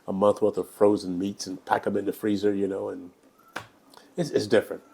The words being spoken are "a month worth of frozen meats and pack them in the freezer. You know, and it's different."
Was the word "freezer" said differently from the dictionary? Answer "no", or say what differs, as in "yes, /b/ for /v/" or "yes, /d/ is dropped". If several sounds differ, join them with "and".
no